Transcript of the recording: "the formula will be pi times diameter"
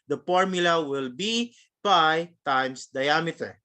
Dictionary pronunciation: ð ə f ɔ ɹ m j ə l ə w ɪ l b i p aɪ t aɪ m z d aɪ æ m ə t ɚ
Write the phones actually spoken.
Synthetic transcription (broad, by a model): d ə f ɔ ɹ m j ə l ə w ɪ l b i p aɪ t aɪ m s d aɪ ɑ m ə t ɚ